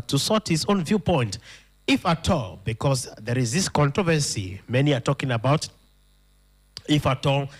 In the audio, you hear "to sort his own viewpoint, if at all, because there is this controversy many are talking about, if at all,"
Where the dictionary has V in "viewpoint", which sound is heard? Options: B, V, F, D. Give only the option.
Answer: V